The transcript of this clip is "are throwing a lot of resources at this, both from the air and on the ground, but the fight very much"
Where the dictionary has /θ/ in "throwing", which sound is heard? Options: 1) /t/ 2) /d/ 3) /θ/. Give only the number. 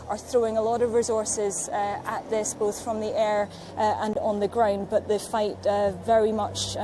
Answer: 3